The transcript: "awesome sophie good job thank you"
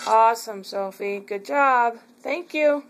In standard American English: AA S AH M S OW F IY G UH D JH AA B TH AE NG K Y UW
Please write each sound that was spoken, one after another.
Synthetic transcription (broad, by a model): AA S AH M S OW F IY G UH D JH AA B TH AE NG K Y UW